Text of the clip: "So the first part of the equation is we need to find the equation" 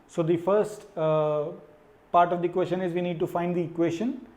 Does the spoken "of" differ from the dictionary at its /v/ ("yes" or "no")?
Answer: no